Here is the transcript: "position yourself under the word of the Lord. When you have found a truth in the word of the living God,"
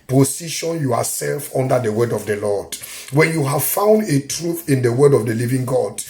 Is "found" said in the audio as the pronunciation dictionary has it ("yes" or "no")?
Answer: yes